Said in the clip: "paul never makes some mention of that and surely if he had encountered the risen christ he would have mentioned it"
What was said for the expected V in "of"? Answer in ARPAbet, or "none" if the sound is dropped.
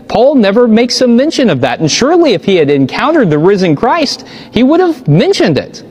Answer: V